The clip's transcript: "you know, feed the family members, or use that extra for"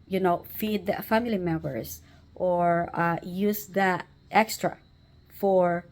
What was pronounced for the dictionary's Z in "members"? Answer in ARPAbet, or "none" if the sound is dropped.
S